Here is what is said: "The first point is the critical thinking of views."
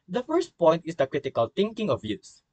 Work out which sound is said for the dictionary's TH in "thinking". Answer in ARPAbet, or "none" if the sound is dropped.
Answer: T